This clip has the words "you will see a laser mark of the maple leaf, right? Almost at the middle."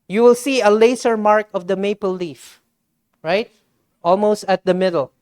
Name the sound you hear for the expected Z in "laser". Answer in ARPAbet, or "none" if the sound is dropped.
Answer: S